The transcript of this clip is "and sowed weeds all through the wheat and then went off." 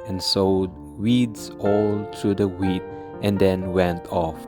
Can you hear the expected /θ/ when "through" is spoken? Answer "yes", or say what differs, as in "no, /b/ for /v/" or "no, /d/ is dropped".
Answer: no, /t/ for /θ/